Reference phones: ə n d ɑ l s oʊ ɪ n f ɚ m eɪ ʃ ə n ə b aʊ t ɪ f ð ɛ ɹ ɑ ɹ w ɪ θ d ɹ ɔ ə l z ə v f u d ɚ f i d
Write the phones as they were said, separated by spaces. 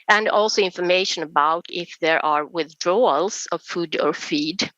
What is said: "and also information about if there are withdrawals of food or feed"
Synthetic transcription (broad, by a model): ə n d ɑ l s oʊ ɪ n f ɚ m eɪ ʃ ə n ə b aʊ t ɪ f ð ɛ ɹ ɑ ɹ w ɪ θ d ɹ ɔ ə l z ə v f u d ɚ f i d